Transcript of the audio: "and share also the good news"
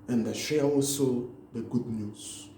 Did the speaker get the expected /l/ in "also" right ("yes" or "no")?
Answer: yes